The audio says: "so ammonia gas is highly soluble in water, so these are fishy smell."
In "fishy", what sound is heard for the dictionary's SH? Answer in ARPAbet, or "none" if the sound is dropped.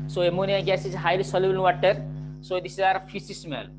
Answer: S